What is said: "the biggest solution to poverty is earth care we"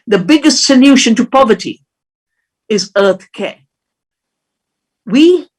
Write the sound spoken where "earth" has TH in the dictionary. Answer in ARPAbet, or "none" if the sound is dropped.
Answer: TH